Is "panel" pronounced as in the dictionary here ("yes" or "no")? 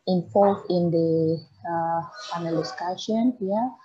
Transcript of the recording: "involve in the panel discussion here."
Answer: no